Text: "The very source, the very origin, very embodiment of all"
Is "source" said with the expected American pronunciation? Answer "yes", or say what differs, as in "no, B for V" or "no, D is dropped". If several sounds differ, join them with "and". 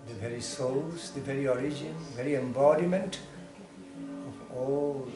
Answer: no, L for R